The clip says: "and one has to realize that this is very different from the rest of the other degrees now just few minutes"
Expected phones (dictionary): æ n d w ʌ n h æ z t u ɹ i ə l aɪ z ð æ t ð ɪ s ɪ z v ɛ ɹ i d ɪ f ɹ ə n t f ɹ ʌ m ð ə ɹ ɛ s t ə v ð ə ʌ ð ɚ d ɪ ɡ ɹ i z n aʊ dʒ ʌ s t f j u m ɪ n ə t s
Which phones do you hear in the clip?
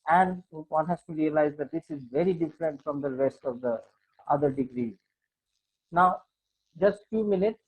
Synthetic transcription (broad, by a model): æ n d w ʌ n h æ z t u ɹ i ə l aɪ z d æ t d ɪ s ɪ z v ɛ ɹ i d ɪ f ɹ ə n t f ɹ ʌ m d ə ɹ ɛ s t ə v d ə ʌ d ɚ d ɪ ɡ ɹ i z n aʊ dʒ ʌ s t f j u m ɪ n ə t s